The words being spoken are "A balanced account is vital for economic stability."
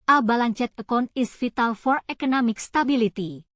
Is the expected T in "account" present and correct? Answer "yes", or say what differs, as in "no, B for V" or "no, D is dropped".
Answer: no, T is dropped